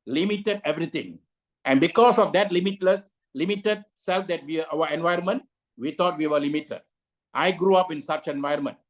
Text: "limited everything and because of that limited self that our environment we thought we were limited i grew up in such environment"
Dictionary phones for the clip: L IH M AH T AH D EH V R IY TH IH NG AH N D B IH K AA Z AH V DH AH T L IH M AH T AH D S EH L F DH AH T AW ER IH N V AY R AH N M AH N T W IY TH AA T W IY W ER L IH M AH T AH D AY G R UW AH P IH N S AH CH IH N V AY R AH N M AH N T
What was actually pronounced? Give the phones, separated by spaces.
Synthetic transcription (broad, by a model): L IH M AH T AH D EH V R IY T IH NG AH N B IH K AA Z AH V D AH T L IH M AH T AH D S EH L F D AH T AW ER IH N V AY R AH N M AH N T W IY T AA T W IY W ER L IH M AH T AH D AY G R UW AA P IH N S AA CH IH N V AY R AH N M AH N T